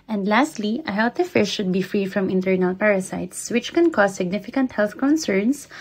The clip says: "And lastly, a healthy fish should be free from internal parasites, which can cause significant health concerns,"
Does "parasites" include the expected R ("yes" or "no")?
yes